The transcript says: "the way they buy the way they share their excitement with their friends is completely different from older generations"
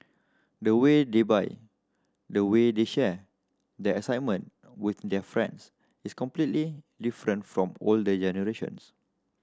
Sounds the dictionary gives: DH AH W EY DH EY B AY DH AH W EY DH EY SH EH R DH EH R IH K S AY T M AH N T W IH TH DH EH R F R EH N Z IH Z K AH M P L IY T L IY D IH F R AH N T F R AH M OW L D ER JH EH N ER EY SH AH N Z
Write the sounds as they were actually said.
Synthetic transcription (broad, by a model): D AH W EY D EY B AY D AH W EY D EY SH EH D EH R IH S AY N M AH N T W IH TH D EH F R EH N S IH S K AH M P L IY T L IY D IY F R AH N T F R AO M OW L D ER JH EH N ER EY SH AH N S